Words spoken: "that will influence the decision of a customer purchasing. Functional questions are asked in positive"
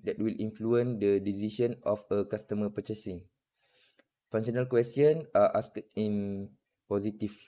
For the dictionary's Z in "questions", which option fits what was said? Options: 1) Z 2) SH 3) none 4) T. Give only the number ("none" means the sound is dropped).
3